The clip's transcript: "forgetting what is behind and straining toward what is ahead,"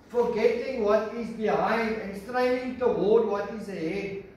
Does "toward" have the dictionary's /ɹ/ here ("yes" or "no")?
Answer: no